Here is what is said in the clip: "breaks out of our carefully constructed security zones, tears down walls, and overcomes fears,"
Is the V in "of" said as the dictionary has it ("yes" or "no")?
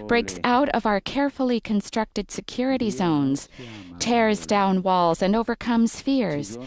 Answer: yes